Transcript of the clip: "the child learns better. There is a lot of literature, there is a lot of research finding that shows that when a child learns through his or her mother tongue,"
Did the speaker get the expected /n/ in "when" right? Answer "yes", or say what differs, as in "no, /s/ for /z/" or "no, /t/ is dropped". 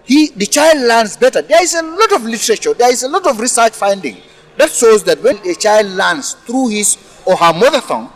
no, /l/ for /n/